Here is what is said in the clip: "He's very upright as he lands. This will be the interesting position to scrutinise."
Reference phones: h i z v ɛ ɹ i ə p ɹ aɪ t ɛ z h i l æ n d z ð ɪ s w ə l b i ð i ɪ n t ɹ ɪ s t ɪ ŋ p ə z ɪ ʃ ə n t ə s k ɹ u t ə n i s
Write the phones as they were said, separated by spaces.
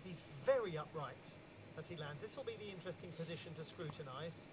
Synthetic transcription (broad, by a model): h i z v ɛ ɹ i ə p ɹ aɪ t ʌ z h i l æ n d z ð ɪ s w ə l b i ð i ɪ n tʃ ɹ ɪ s t ɪ ŋ p ə z ɪ ʃ ə n t ə s k ɹ u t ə n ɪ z